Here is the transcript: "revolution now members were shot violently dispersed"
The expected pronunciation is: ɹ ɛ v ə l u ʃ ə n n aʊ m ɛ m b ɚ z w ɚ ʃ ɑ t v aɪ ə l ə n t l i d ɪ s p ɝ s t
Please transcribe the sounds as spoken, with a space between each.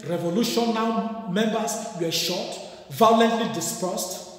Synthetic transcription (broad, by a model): ɹ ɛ v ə l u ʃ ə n n aʊ m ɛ m b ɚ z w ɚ ʃ ɑ t v aɪ ə l ə n t l i d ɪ s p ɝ s t